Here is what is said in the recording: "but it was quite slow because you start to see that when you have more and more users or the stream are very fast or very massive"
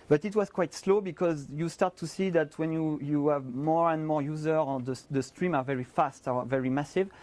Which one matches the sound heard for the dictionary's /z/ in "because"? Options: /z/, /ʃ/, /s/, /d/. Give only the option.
/z/